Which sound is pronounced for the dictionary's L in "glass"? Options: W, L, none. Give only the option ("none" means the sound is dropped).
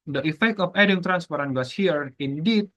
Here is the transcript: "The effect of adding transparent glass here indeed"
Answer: none